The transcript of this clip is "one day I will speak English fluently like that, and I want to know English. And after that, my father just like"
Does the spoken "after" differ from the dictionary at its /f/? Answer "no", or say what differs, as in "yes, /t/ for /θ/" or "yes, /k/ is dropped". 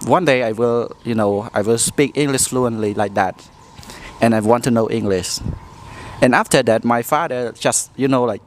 no